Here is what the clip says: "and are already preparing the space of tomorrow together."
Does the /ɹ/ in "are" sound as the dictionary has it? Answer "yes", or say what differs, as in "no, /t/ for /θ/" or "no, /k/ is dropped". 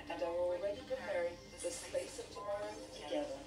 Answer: no, /l/ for /ɹ/